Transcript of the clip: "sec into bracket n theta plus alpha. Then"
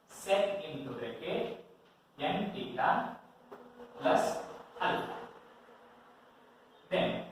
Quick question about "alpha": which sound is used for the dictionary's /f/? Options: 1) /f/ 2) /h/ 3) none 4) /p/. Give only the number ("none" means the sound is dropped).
3